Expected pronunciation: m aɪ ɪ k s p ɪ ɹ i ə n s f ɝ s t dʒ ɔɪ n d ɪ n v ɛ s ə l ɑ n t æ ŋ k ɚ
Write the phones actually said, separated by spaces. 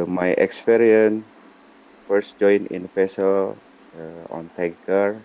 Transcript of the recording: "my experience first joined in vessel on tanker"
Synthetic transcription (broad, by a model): m aɪ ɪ k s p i ɹ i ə n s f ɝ s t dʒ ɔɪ n ɪ n p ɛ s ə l ɑ n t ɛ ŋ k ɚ